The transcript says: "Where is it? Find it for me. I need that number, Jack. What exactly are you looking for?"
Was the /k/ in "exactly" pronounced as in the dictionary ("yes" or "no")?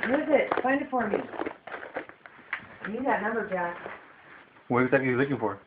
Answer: no